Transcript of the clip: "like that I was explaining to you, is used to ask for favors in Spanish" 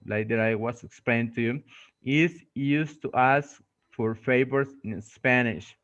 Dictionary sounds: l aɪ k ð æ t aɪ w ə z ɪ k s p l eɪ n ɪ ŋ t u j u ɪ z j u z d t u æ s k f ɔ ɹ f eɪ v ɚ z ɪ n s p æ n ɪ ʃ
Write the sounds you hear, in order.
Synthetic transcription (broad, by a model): l aɪ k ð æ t aɪ w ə s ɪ k s p l eɪ ɪ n t u j u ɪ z j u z t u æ s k f ɔ ɹ f eɪ b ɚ s ɪ n s p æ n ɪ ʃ